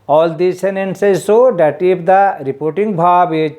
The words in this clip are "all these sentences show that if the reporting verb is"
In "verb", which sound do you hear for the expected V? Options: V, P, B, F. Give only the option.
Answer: B